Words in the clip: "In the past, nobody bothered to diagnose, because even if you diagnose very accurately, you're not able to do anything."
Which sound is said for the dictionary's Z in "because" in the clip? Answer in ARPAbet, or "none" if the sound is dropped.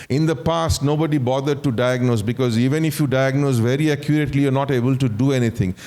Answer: Z